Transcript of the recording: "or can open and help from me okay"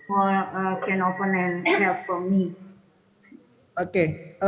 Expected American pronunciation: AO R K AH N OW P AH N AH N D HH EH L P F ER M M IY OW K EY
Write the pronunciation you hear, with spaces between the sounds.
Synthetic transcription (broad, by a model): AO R K AH N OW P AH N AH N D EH P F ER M M IY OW K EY